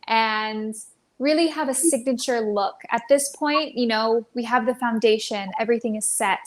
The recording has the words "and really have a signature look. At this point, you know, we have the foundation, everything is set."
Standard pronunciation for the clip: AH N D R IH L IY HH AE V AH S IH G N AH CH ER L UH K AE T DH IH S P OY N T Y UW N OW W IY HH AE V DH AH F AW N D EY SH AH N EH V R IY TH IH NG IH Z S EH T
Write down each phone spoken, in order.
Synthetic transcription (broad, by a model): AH N R IH L IY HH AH V AH S IH G N AH CH ER L UH K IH T DH IH S P OY N T Y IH N OW W IY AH V DH AH F AW N D EY SH AH N EH V R IY TH IH NG IH Z S EH T